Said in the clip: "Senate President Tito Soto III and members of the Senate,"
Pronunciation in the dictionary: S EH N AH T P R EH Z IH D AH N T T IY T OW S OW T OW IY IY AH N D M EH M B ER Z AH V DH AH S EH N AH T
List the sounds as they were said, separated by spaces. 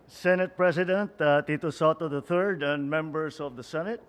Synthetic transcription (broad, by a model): S EH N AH T P R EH S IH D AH N T T IY T OW S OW T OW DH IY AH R D M EH M B ER S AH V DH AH S EH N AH T